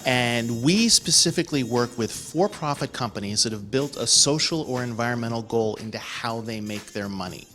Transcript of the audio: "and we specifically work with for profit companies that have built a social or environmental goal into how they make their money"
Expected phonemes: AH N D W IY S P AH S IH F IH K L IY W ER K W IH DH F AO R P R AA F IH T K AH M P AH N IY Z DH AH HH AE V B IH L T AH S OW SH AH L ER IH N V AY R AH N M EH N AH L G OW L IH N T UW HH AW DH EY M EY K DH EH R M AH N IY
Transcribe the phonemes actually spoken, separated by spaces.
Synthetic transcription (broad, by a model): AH N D W IY S P AH S IH F IH K L IY W ER K W IH DH F AO R P R AA F IH T K AH M P AH N IY Z DH AH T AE V B IH L T AH S OW SH L ER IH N V AY R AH N M EH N L G OW L IH N T UW HH AW DH EY M EY K DH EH R M AH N IY